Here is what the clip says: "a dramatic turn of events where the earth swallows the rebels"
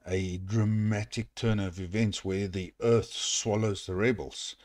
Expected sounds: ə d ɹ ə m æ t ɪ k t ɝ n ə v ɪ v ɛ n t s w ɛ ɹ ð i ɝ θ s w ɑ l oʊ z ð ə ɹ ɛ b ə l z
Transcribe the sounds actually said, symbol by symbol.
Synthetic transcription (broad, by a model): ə d ɹ ə m æ t ɪ k t ɝ n ə v ɪ v ɛ n t s w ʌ ɹ ð i ɝ θ s w ɑ l oʊ z ð ə ɹ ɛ b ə l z